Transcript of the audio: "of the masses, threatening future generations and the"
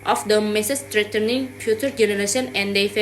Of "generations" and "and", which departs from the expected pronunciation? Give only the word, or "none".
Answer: generations